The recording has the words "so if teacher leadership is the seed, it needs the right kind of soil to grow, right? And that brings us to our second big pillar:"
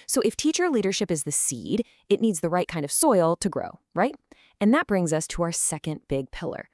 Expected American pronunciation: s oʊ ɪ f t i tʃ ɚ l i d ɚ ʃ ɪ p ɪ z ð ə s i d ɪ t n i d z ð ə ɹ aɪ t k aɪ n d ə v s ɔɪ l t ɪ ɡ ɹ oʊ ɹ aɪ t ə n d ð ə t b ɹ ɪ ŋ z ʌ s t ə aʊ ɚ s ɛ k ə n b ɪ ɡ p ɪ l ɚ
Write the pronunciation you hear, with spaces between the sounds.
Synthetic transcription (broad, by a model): s oʊ ɪ f t i tʃ ɚ l i d ɚ ʃ ɪ p ɪ z ð ə s i d ɪ t n i d z ð ə ɹ aɪ t k aɪ n d ə v s ɔɪ l t ɪ ɡ ɹ oʊ ɹ aɪ t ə n ð ə t b ɹ ɪ ŋ z ʌ s t ə aʊ ɚ s ɛ k ə n b ɪ ɡ p ɪ l ɚ